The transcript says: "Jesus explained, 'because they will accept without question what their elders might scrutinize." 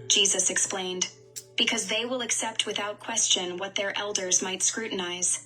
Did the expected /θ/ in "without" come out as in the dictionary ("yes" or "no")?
yes